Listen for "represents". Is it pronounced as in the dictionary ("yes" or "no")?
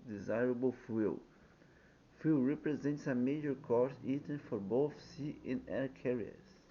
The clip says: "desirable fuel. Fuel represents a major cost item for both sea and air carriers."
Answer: yes